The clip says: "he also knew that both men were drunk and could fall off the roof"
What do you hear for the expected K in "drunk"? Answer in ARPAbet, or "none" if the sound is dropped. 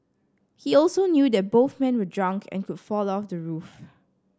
K